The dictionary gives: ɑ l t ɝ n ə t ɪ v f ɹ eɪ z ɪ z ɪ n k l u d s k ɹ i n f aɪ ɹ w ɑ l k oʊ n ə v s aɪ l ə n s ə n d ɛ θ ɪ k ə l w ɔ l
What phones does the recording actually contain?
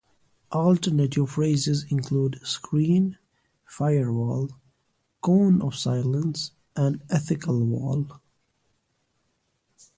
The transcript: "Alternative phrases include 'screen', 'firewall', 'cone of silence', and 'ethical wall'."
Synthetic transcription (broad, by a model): ɑ l t ɝ n ə t ɪ v f ɹ eɪ z ɪ z ɪ n k l u d s k ɹ i n f aɪ ɹ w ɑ l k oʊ n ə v s aɪ l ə n s ə n d ɛ θ ɪ k ə l w ɔ l